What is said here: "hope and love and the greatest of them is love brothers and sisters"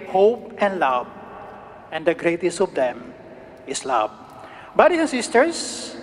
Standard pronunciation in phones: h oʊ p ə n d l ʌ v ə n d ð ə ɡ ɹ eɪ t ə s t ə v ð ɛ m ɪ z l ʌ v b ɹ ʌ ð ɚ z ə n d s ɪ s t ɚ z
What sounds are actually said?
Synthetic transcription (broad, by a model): h oʊ p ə n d l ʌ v ə n d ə ɡ ɹ eɪ t ə s t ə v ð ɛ m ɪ s l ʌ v b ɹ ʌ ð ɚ s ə n s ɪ s t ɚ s